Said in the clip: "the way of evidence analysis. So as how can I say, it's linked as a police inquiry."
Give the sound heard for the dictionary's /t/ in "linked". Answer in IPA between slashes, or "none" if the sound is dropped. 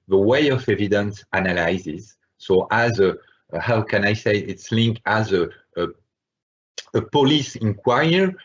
none